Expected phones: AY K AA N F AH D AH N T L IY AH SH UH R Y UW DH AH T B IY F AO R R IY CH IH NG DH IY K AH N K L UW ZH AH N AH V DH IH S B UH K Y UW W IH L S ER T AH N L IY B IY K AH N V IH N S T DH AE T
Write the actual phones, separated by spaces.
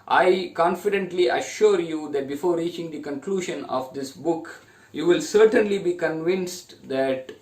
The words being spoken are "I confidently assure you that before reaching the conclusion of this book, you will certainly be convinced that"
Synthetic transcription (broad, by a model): AY K AA N F AH D AH N T L IY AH SH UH R Y UW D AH T B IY F AO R R IY CH IH NG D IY K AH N K L UW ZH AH N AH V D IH S B UH K Y UW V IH L S ER T AH N L IY B IY K AH N V IH N S T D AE T